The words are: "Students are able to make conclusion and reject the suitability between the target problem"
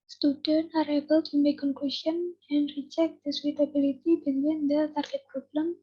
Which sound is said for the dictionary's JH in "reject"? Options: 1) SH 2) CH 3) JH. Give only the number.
2